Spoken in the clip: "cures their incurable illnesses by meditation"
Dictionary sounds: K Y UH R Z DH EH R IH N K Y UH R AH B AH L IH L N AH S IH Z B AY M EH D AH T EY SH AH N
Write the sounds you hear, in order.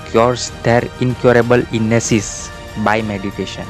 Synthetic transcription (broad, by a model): K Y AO R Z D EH R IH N K Y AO R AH B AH L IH N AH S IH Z B AY M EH D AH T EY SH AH N